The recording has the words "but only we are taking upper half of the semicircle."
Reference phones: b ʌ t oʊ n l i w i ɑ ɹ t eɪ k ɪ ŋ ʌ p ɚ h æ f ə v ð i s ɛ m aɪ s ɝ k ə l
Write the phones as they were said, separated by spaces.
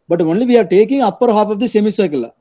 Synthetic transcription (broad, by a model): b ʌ t oʊ n l i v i ɑ ɹ t eɪ k ɪ ŋ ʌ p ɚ h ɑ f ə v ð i s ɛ m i s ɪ k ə l